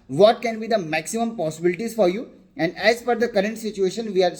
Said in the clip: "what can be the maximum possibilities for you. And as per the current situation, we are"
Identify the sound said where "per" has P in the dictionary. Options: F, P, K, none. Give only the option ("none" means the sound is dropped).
F